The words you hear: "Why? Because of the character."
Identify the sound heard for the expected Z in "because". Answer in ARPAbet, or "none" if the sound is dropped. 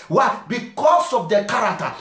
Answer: S